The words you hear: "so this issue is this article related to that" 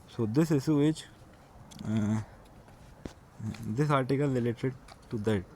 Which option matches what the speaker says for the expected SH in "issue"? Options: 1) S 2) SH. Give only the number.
1